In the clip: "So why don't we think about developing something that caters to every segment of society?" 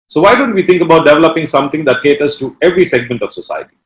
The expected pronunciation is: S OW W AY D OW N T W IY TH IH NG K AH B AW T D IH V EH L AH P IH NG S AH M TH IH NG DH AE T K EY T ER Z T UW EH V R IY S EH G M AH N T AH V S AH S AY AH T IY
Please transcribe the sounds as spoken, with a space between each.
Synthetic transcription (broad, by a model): S OW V AY D OW N T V IY T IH NG K AH B AW T D IH V EH L AH P IH NG S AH M T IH NG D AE T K EY T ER S T UW EH V R IY S EH G M AH N T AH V S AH S AY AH T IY